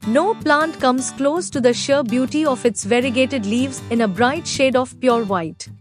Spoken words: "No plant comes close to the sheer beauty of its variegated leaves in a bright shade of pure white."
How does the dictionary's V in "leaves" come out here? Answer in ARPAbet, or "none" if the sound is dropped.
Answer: V